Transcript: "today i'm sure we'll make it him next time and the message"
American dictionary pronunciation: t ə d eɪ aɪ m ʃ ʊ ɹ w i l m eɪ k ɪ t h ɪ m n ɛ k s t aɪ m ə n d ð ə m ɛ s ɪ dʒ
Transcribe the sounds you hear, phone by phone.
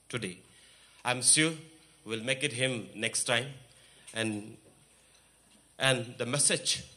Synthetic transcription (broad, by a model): t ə d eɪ aɪ m s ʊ w i l m eɪ k ɪ t h ɪ m n ɛ k s t aɪ m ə n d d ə m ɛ s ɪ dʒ